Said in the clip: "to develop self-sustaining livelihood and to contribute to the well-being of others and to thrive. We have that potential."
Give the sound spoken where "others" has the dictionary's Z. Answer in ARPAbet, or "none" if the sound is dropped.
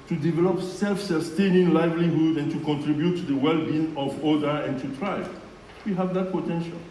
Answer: none